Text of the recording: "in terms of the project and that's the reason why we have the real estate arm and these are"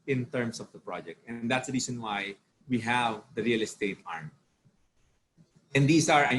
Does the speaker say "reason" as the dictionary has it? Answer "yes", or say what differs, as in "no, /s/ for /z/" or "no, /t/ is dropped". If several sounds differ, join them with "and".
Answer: no, /s/ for /z/